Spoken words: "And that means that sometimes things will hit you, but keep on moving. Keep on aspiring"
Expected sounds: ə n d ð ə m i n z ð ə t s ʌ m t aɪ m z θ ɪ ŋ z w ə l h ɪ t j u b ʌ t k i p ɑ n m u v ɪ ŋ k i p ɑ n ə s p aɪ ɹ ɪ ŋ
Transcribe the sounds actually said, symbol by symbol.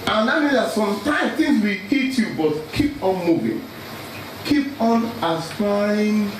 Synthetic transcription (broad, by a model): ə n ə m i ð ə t s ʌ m t aɪ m θ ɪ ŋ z w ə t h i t j u b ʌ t k i p ɑ n m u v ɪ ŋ k i p ɑ n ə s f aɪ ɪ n